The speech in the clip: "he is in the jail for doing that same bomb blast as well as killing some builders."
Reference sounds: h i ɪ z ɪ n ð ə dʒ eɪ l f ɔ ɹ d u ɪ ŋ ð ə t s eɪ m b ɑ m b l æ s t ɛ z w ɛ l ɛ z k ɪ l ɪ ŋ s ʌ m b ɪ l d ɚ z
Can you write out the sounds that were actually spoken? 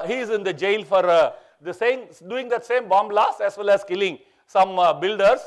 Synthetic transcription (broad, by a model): h i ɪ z ɪ n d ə dʒ eɪ l f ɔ ɹ d u ɪ ŋ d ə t s eɪ m b ɑ m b l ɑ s ɛ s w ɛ l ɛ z k ɪ l ɪ ŋ s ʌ m b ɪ l d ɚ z